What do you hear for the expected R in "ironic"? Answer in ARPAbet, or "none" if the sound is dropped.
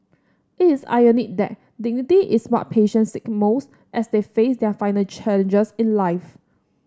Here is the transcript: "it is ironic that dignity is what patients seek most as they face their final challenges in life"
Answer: none